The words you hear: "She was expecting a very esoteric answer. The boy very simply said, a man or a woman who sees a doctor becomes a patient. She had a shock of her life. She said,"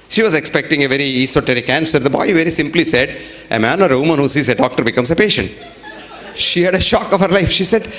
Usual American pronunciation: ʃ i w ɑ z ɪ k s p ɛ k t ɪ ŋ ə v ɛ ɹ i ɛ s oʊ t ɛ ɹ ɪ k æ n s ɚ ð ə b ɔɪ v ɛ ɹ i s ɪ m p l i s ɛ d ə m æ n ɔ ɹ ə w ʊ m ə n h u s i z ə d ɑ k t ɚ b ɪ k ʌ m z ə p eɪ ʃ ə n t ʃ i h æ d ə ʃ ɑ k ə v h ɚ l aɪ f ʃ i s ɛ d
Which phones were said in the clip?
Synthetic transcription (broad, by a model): ʃ i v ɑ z ɪ k s p ɛ k t ɪ ŋ ə v ɛ ɹ i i s oʊ t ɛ ɹ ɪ k æ n s ɚ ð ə b ɔɪ v ɛ ɹ i s ɪ m p l i s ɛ d ə m æ n ɔ ɹ ə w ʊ m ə n h u s i z ə d ɑ k t ɚ b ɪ k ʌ m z ə p eɪ ʃ ə n t ʃ i h æ d ə ʃ ɑ k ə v h ɚ l aɪ f ʃ i s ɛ d